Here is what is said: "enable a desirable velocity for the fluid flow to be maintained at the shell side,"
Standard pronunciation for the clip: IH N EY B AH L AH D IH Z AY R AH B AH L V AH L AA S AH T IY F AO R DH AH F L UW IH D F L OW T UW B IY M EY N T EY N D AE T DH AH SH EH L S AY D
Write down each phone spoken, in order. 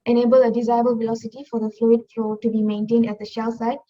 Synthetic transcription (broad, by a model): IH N EY B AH L AH D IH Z AY AH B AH L V AH L AA S AH T IY F AO R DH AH F L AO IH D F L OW T UW B IY M EY N T EY N D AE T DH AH SH EH L S AY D